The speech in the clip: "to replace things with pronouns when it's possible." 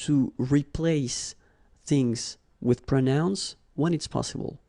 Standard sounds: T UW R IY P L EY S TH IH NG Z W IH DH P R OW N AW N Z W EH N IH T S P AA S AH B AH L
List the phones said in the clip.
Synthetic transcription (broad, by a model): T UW R IY P L EY S TH IH NG Z W IH DH P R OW N AW N S W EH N IH T S P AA S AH B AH L